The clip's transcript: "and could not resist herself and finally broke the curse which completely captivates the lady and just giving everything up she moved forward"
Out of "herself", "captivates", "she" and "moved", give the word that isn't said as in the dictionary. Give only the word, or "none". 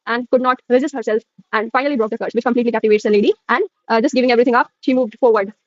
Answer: none